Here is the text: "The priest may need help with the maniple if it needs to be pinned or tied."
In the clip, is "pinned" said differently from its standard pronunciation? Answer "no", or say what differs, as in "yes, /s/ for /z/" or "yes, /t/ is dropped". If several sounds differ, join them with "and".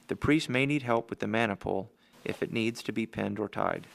no